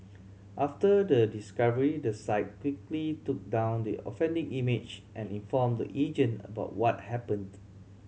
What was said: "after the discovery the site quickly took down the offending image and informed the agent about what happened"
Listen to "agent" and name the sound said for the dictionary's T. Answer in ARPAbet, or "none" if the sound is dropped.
none